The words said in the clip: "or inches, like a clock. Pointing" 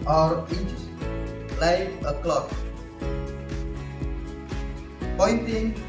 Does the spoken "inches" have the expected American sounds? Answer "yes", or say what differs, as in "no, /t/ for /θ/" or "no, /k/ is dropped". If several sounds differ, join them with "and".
no, /n/ is dropped